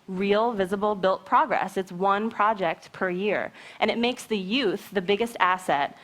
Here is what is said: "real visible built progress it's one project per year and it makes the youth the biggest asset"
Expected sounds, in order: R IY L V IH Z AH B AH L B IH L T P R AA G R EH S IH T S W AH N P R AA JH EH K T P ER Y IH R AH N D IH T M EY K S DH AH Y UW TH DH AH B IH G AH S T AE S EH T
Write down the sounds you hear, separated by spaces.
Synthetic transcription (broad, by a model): R IY L V IH Z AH B L B IH L T P R AA G R EH S IH T S W AH N P R AA JH EH K T P ER Y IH R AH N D IH T M EY K S DH AH Y UW TH DH AH B IH G AH S T AE S EH T